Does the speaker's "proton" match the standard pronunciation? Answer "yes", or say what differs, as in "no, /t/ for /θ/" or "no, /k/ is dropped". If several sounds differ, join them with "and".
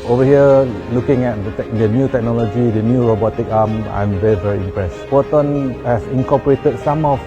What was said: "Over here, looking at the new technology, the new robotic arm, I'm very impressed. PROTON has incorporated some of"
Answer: no, /ɹ/ is dropped